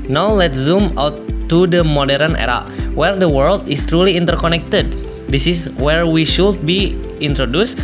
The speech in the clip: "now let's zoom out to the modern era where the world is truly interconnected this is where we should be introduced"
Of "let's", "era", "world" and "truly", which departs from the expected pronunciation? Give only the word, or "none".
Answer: none